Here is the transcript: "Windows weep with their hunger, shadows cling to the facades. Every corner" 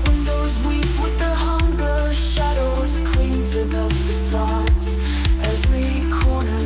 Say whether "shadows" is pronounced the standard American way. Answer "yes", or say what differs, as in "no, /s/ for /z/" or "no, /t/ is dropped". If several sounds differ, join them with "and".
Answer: yes